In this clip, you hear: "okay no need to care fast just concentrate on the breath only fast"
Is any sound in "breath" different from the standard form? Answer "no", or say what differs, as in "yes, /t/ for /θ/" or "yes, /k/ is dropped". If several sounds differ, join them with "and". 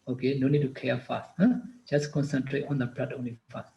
yes, /t/ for /θ/